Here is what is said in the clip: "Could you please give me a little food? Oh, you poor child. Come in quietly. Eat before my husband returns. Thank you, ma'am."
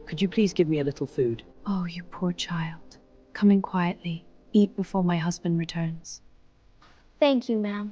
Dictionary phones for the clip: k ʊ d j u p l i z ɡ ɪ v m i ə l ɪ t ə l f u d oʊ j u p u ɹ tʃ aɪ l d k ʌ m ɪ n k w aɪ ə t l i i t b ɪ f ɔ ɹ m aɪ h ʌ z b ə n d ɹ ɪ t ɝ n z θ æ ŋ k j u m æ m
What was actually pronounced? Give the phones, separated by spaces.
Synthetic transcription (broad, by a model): k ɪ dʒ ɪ p l i z ɡ ɪ v m i ə l ɪ t l f u d oʊ j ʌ p u ɹ tʃ aɪ l d k ʌ m ɪ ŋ k w aɪ ə t l i i t b ɪ f ɔ ɹ m aɪ h ʌ z b ə n d ɹ ɪ t ɝ n z θ æ ŋ k j u m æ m